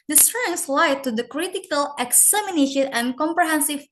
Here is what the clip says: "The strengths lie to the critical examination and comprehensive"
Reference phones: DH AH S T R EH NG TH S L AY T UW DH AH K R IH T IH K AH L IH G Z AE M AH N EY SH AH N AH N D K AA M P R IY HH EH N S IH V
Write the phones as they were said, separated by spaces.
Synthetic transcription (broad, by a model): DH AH S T R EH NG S L AY T UW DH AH K R IH T IH K AH L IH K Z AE M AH N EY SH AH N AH N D K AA M P R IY HH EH N S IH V